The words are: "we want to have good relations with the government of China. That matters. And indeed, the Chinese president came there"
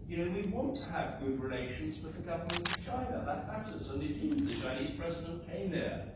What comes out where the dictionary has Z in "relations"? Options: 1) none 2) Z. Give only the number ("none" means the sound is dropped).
2